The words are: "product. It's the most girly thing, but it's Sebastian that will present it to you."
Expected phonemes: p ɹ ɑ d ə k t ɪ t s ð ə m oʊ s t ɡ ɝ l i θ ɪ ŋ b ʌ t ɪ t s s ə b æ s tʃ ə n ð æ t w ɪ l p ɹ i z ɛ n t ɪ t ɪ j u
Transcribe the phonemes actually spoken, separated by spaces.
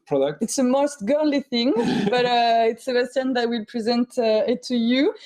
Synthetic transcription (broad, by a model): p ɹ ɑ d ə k t ɪ t s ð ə m oʊ s t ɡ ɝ l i θ ɪ ŋ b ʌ t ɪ t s s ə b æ s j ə n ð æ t w ɪ l p ɹ i z ɛ n t ɪ t ɪ j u